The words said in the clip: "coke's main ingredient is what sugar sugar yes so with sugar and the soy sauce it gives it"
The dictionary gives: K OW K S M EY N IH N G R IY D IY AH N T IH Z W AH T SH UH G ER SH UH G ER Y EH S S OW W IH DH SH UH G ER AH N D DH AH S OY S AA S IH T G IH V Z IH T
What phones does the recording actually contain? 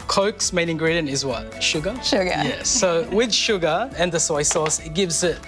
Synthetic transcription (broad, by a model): K OW K S M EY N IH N G R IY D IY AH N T IH Z W AH T SH UH G ER SH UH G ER Y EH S S OW W IH DH SH UH G ER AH N DH AH S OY S AA S IH T G IH V Z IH T